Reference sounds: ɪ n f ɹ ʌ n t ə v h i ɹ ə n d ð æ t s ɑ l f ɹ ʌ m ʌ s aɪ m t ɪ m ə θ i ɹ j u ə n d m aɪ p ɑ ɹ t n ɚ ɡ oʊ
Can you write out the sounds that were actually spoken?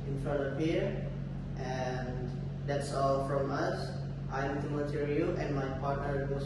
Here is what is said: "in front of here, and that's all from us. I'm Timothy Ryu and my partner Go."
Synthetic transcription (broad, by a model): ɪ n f ɹ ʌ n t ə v h i ɹ ə n d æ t s ɑ l f ɹ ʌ m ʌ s aɪ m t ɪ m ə t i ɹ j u ə n d m aɪ p ɑ ɹ t n ɚ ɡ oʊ